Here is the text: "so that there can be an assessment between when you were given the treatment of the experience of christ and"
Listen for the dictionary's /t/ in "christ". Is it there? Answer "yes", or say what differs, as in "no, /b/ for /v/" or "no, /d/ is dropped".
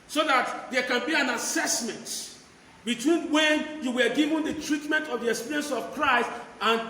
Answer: yes